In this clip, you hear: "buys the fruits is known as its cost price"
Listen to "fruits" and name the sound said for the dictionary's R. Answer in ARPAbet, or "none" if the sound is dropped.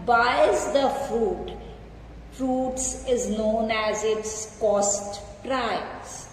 R